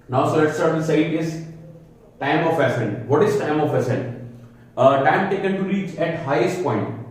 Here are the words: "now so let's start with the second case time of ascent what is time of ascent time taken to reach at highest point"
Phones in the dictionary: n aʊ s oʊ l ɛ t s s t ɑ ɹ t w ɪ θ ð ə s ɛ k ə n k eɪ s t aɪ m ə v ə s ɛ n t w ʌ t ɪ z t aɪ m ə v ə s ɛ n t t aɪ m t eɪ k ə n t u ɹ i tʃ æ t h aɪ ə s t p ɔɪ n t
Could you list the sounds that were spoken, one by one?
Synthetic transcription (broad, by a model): n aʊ s oʊ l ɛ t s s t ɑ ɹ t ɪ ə s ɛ ə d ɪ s t aɪ m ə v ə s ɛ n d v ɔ t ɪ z t aɪ m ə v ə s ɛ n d t aɪ m t eɪ k ə n t u ɹ i tʃ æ t h aɪ ə s t p ɔɪ n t